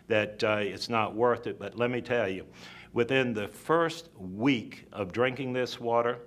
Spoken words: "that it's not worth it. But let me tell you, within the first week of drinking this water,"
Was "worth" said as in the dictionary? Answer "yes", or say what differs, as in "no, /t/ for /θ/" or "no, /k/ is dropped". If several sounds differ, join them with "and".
yes